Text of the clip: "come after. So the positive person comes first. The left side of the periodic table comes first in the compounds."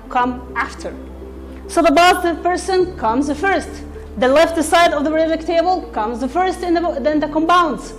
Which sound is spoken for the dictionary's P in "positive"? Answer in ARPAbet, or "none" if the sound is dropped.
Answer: B